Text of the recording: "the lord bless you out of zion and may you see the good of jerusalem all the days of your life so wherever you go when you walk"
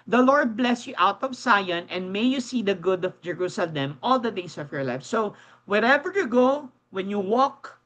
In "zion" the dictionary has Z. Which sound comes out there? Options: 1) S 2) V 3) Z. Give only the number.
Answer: 1